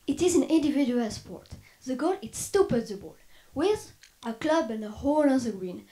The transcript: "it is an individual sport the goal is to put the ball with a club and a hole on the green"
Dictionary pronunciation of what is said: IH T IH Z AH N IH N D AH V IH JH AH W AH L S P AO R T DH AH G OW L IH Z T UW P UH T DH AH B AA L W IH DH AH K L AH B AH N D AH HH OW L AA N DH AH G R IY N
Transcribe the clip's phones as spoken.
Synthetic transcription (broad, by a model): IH T IH Z AH N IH N D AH V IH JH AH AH L S P AO R T DH AH G OW L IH S T UW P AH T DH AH B AA L W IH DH AH K L AH B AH N AH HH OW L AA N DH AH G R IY N